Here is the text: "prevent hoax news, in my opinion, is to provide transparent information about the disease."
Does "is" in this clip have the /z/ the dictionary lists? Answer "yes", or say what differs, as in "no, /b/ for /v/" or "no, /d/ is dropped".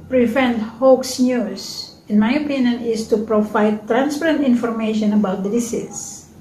no, /s/ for /z/